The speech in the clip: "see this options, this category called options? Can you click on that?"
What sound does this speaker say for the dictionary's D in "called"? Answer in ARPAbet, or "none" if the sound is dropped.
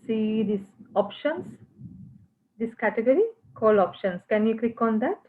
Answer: none